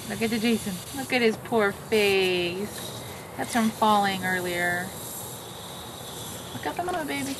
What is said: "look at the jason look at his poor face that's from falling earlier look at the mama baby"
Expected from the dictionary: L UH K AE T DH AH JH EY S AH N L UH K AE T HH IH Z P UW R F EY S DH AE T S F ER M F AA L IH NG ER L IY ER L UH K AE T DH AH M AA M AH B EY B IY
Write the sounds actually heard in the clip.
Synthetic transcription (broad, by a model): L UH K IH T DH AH JH EY S AH N L UH K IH T HH IH Z P UW R F EY S DH AE T S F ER M F AA L IH NG ER L IY ER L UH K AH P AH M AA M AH B EY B IY